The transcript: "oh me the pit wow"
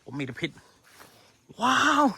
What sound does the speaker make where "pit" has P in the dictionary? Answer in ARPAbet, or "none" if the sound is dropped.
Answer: P